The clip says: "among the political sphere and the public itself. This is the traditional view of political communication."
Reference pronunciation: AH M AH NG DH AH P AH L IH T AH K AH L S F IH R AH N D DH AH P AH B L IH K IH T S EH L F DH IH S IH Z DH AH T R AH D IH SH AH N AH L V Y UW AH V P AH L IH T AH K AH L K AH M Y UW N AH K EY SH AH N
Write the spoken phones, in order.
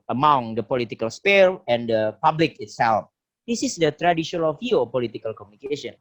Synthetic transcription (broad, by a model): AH M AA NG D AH P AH L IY T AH K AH L S P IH L AH N D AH P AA B L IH K IH T S EH L F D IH S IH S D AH T R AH D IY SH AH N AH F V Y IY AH P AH L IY T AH K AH L K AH M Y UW N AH K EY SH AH N